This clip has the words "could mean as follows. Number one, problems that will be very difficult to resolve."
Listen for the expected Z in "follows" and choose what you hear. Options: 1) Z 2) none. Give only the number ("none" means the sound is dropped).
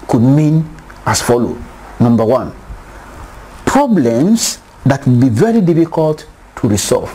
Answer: 2